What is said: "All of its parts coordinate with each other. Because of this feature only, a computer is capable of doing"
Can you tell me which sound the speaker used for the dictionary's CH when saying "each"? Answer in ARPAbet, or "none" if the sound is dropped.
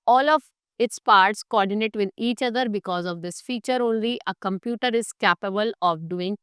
CH